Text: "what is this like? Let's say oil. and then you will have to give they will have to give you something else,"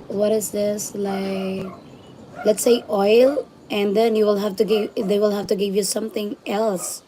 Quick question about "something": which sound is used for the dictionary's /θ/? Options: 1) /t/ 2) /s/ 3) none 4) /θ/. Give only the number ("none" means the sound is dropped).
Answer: 1